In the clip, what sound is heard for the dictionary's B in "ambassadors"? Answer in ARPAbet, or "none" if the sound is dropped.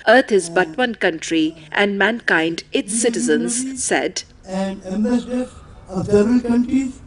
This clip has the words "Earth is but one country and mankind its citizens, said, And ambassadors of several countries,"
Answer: none